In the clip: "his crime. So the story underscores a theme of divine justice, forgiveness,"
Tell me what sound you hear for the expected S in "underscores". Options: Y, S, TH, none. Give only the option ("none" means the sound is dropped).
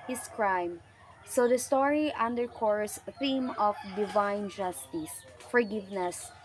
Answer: none